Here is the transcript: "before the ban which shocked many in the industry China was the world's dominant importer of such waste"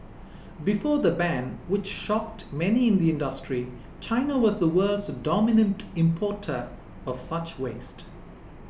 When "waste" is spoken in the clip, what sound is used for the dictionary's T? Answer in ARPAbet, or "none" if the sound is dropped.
T